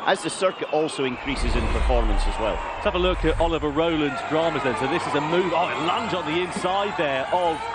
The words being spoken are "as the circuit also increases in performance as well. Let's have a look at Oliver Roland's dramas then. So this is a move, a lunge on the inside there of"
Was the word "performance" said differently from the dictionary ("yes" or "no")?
no